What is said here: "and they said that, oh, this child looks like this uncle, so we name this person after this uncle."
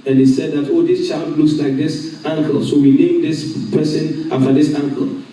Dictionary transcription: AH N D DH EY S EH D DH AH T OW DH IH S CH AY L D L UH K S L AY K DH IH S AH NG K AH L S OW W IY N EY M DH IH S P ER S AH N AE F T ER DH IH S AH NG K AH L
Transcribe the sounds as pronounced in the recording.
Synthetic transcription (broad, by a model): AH N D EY S EH D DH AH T OW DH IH S CH AY L D L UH K S L AY K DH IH S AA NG K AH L S OW W IY N EY M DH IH S P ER S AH N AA F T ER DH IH S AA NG K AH L